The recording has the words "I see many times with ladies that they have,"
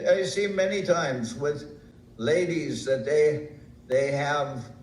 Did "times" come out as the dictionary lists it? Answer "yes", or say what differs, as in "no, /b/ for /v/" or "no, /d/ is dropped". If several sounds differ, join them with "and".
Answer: yes